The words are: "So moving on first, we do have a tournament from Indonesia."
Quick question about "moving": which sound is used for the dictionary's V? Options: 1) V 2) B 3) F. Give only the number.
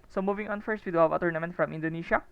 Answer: 1